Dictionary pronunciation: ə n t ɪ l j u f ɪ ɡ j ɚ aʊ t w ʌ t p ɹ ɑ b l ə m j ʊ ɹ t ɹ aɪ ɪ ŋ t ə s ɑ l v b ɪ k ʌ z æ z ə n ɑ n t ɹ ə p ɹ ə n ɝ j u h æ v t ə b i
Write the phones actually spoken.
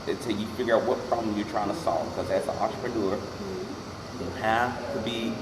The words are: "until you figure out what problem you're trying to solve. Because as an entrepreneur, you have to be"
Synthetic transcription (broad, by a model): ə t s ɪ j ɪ f ɪ ɡ j ɚ aʊ t w ʌ t p ɹ ɑ b l ə m j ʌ ɹ t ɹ aɪ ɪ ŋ t ə s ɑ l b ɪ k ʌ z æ s ə n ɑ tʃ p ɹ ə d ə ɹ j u h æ f t ə b i